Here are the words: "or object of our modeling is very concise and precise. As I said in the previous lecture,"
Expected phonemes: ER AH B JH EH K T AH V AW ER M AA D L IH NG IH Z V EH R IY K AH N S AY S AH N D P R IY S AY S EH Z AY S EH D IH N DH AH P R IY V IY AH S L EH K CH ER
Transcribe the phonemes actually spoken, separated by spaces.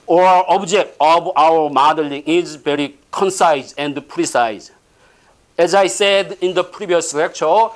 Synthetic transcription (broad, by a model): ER AH B JH EH K T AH B AW ER M AA D L IH NG IH Z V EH R IY K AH N S AY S AH N D P R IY S AY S EH Z AY S EH D IH N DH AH P R IY B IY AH S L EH K CH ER